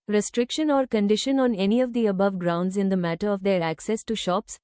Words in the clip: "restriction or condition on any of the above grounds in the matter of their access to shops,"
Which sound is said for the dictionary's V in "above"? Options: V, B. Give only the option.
V